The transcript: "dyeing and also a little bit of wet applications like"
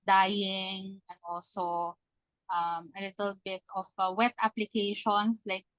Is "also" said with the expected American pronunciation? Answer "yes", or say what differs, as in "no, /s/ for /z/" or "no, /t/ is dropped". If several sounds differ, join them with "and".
no, /l/ is dropped